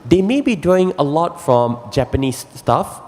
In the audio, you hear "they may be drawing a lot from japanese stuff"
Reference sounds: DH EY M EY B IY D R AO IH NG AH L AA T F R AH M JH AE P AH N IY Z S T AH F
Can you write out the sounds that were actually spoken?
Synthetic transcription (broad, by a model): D EY M EY B IY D AO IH NG AH L AA T F R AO M JH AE P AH N IY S T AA F